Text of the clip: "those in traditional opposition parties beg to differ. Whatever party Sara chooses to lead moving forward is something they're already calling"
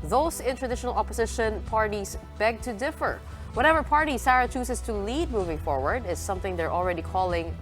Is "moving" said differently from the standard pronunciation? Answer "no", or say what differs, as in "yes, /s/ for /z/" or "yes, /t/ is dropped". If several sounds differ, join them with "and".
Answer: no